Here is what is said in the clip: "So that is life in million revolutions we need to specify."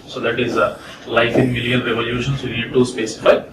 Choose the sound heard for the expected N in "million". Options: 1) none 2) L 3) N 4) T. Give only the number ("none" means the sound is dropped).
2